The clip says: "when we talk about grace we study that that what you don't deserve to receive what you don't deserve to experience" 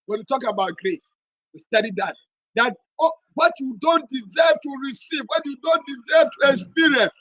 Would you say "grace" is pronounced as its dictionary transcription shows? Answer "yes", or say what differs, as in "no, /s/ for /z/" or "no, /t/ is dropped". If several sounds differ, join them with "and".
yes